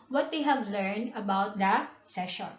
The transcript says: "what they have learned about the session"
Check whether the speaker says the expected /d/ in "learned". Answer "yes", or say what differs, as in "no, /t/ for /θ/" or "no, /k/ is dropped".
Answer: yes